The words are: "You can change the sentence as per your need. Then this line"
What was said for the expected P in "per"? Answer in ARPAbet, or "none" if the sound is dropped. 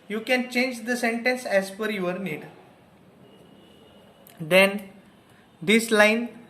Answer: F